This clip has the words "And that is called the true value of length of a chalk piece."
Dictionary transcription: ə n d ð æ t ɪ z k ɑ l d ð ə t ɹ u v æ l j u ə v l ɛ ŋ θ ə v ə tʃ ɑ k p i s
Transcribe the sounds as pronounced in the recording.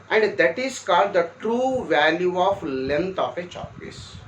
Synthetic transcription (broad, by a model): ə n d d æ t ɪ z k ɑ l d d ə t ɹ u v æ l j u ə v l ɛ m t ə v ə tʃ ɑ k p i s